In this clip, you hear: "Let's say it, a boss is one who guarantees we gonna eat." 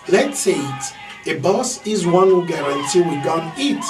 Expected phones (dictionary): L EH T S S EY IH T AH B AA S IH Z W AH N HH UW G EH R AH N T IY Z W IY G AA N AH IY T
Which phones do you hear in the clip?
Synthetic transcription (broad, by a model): L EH T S S EY IH T AH B AA S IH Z W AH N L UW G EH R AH N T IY W IY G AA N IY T